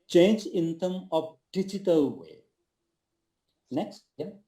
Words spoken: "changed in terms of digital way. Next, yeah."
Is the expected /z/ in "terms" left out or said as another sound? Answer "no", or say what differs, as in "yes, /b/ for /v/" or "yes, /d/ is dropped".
yes, /z/ is dropped